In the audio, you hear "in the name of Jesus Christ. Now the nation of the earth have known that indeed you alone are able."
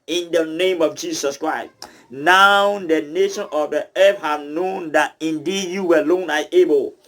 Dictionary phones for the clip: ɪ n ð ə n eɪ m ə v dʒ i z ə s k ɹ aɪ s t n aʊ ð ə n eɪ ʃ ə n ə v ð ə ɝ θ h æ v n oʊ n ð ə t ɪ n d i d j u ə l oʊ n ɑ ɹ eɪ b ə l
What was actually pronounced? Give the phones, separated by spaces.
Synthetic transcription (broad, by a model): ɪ n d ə n eɪ m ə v dʒ i s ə s k ɹ aɪ s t n aʊ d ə n eɪ ʃ ə n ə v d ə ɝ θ h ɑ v n oʊ n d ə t ɪ n d i d j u ə l oʊ n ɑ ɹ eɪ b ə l